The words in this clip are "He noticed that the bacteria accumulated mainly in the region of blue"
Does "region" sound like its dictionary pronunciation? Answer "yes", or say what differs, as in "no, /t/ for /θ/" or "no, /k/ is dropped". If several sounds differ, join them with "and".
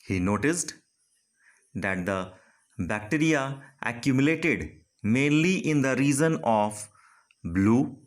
no, /z/ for /dʒ/